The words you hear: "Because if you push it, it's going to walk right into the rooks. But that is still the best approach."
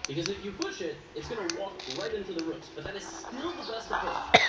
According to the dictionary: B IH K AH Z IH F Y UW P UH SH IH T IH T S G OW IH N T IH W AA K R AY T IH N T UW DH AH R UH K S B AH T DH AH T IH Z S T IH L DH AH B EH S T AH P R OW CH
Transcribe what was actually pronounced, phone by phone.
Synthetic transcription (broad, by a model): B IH K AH Z IH F Y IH P UH SH IH T IH T S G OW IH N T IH W AA K R AY T IH N T UW DH AH R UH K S B AH T DH AH T IH Z S T IH L DH AH B EH S T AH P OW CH